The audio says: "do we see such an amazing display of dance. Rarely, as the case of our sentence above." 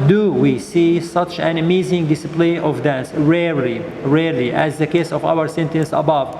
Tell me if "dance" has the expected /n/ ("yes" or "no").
yes